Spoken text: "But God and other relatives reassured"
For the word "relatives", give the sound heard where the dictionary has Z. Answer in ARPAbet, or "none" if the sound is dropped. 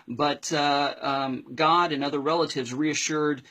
Z